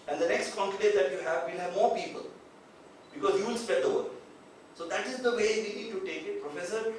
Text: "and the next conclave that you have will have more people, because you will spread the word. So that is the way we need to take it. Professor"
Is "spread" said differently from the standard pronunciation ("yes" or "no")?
yes